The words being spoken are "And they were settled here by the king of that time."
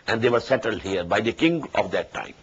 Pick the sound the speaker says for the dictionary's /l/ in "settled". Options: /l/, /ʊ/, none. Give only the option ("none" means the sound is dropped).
/l/